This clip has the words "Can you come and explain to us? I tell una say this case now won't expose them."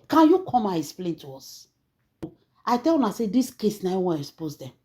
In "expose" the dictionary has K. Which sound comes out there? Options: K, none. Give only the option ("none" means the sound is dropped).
none